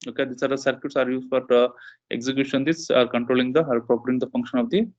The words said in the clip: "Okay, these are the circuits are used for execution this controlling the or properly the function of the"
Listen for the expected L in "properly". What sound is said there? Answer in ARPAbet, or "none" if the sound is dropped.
none